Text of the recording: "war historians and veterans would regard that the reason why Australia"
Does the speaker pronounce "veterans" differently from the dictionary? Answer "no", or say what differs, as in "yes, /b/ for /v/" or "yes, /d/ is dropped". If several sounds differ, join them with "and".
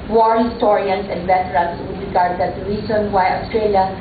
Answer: yes, /s/ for /z/